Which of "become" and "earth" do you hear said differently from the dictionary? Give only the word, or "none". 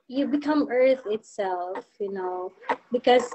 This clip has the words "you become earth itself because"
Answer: none